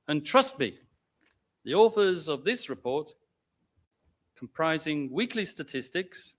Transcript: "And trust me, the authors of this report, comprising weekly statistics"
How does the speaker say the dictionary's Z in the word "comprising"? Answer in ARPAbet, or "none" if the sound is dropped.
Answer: Z